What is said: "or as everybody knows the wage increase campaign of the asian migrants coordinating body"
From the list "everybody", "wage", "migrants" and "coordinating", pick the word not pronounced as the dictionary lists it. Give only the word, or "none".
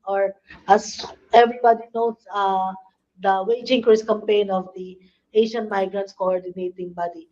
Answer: none